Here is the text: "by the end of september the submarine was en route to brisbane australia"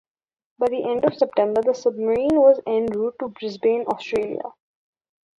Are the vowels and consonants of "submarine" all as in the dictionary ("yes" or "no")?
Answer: yes